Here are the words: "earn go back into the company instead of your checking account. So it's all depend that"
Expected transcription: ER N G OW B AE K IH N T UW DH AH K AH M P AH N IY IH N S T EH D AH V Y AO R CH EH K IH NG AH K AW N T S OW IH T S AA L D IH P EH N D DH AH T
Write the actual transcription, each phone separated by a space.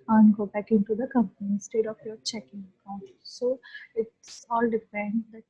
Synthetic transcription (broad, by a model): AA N G OW B AE K IH N T UW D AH K AH M P AH N IY S T EH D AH F Y AO R CH EH K IH NG AH K AW N T S OW IH T S AA L D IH F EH N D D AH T